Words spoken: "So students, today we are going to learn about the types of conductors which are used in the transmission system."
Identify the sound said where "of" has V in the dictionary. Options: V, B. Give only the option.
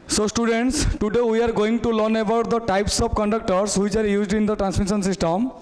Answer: B